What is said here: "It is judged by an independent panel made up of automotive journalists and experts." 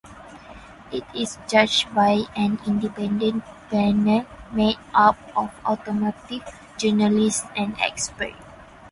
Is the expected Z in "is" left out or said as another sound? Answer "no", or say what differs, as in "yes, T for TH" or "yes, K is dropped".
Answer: yes, S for Z